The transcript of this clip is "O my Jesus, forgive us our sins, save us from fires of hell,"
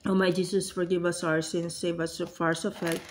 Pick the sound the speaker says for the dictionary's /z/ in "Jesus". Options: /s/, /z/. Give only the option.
/s/